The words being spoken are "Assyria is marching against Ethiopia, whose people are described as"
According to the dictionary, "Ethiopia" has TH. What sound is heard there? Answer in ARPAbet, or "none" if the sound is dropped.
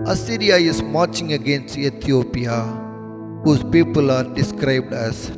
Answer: T